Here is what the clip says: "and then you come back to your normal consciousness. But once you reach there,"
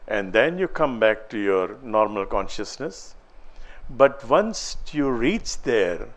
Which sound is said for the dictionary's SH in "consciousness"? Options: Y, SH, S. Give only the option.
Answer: SH